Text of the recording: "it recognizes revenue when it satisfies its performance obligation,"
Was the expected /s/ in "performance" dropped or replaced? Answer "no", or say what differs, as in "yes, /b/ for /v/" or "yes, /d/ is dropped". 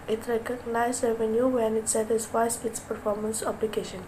no